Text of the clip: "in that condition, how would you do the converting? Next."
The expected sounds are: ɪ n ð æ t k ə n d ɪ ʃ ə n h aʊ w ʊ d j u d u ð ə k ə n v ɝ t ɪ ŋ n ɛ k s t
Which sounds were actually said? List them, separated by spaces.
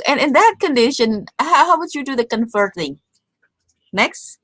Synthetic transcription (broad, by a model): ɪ n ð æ t k ə n d ɪ ʃ ə n h aʊ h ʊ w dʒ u d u ð ə k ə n f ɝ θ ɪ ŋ n ɛ k s t